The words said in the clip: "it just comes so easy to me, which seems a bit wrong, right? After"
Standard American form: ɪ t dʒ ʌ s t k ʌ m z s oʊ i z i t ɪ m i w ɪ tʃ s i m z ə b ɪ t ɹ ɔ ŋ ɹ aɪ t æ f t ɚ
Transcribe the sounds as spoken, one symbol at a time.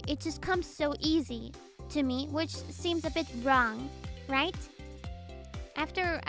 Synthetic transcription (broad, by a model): ɪ t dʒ ʌ s k ʌ m z s oʊ i z i t ɪ m i w ɪ tʃ s i m z ə b ɪ t ɹ ɔ ŋ ɹ aɪ t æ f t ɚ